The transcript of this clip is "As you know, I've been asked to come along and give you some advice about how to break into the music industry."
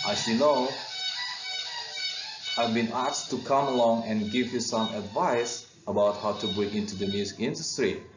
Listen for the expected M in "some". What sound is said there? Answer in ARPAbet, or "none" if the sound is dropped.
M